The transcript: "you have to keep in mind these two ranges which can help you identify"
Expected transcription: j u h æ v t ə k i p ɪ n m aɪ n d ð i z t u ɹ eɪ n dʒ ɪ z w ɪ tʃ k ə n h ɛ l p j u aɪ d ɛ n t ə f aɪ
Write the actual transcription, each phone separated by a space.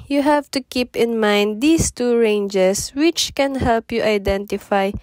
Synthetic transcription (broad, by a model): j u h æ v t ə k i p ɪ n m aɪ n d i s t u ɹ eɪ n dʒ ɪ s w ɪ tʃ k ə n h ɛ l p j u aɪ d ɛ n t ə f aɪ